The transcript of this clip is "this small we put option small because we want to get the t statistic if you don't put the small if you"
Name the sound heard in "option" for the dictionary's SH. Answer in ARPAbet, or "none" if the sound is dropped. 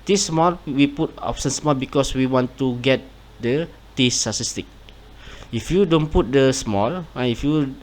S